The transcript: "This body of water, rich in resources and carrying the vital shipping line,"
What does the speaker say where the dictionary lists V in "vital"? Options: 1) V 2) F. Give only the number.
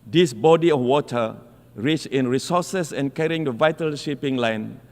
1